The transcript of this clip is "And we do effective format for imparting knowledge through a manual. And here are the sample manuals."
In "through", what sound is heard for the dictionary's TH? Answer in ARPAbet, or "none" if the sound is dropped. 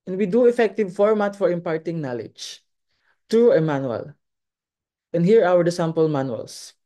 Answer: T